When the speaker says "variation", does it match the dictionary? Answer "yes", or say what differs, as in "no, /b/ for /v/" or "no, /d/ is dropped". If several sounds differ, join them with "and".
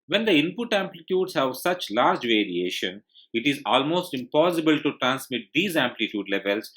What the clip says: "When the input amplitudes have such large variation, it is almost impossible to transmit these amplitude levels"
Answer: yes